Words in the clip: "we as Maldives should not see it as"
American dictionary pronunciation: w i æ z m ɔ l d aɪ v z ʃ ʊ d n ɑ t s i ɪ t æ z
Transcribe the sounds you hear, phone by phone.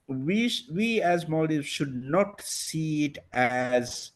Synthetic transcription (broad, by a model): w i æ z m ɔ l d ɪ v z ʃ ʊ d n ɑ t s i ɪ t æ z